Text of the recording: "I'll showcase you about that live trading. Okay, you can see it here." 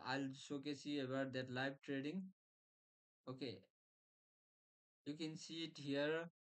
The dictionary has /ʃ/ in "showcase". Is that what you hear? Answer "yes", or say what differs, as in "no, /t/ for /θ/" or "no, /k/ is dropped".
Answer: no, /s/ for /ʃ/